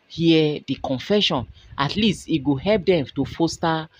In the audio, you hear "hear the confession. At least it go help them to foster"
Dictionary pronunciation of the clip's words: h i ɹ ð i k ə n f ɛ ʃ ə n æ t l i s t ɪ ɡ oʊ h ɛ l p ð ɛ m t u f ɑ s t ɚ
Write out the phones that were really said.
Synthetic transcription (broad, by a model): h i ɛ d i k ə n f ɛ ʃ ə n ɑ t l i s t ɪ ɡ oʊ h ɛ l p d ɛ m t u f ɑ s t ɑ